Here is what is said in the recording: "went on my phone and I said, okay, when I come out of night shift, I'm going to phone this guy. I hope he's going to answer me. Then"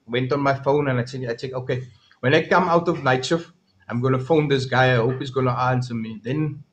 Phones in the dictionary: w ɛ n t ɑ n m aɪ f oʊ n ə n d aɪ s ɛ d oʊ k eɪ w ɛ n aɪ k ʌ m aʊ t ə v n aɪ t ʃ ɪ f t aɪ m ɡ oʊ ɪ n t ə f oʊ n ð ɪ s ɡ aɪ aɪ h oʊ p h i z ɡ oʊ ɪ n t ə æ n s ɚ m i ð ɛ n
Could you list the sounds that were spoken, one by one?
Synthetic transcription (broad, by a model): w ɛ n t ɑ n m aɪ f oʊ n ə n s aɪ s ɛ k oʊ k eɪ w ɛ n aɪ k ʌ m aʊ t ə v n aɪ t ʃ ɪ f aɪ m ɡ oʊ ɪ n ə f oʊ n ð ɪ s ɡ aɪ aɪ h oʊ p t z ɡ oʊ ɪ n t ə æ n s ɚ m i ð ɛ n